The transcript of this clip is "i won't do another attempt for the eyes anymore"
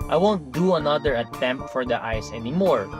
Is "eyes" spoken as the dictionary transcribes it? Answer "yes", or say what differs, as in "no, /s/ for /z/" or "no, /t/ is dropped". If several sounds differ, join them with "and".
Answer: no, /s/ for /z/